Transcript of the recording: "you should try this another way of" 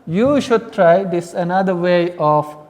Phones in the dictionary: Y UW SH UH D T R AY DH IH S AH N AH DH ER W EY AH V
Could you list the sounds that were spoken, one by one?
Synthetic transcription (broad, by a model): Y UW SH UH D T R AY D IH S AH N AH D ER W EY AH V